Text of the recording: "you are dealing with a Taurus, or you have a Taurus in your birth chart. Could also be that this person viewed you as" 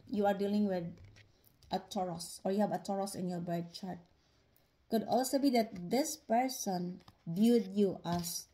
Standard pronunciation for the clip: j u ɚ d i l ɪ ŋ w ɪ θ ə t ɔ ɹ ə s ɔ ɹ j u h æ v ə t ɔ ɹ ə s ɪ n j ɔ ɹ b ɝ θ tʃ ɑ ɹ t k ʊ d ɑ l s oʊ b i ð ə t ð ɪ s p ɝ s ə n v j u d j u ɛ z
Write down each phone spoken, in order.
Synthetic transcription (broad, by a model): j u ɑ d i l ɪ ŋ w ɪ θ ə t ɔ ɹ ə s ɔ ɹ j u h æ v ə t ɔ ɹ ə s ɪ n j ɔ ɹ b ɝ t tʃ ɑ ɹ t k ʊ d ɑ l s oʊ b i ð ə t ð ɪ s p ɝ s ə n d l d j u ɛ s